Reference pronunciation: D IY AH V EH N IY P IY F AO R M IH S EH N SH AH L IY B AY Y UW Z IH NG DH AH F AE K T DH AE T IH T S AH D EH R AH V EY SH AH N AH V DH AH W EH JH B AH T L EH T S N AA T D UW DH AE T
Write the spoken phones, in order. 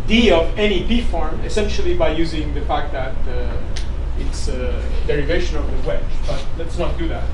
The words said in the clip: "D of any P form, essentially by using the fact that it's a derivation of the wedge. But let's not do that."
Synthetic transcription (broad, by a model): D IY AH V EH N IY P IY F AO R M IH S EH N SH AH L IY B AY Y UW Z IH NG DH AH F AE K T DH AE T IH T S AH D EH R AH V EY SH AH N AH V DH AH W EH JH B AH T L EH T S N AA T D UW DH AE T